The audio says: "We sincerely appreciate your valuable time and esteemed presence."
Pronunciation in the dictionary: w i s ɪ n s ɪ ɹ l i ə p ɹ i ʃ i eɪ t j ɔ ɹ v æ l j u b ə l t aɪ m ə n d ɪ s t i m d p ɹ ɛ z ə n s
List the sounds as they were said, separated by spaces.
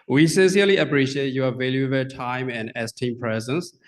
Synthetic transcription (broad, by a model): w i s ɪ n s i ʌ l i ə p ɹ i ʃ i eɪ t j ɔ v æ l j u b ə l t aɪ m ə n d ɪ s t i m p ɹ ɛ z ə n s